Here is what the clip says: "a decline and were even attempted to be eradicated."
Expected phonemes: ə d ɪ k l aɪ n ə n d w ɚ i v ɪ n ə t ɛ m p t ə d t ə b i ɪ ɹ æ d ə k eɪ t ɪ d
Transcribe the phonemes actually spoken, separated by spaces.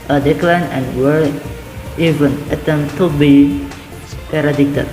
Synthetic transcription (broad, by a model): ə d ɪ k l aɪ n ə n w ɚ i v ɪ n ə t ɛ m t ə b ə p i ɹ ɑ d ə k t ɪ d